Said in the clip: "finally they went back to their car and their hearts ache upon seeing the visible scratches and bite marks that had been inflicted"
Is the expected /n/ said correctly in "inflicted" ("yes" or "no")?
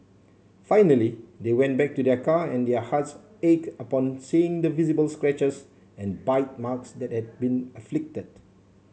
no